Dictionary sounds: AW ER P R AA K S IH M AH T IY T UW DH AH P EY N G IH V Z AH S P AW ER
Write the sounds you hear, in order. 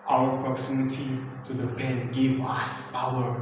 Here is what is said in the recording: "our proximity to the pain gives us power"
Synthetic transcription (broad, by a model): AW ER P R AA K S IH M AH T IY T UW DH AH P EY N G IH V AH S P AW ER